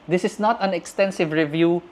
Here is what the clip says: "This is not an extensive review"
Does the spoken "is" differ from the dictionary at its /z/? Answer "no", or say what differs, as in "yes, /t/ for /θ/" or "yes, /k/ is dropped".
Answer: yes, /s/ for /z/